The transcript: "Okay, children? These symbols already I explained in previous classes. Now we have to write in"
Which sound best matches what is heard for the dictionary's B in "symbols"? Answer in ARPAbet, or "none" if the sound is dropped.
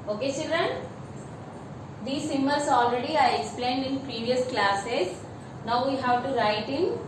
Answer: none